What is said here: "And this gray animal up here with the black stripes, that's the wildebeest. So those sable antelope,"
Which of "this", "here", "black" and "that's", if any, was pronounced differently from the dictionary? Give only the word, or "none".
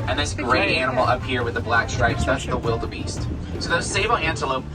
none